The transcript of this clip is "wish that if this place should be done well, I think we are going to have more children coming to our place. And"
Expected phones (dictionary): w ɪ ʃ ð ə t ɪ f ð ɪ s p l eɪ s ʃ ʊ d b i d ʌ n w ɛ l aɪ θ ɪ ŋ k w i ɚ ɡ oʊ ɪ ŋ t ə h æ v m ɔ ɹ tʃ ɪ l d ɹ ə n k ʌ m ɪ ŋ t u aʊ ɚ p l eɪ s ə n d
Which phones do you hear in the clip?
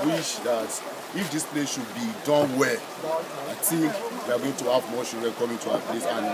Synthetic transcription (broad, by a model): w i ʃ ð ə t ɪ f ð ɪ s p l eɪ s ʃ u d b i d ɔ n w ɛ l aɪ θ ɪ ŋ k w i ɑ ɡ oʊ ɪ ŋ t ə h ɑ v m ɔ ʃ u d ɹ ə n k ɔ m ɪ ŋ t u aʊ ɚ p l eɪ s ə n